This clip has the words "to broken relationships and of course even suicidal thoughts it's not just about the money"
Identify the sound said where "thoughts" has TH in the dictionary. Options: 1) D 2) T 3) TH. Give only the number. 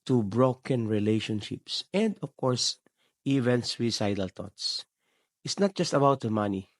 2